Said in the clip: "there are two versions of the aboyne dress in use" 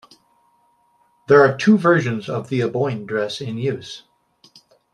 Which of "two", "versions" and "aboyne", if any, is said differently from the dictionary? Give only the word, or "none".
none